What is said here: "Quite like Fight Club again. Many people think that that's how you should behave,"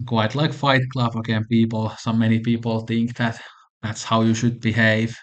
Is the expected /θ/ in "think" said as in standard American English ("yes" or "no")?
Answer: yes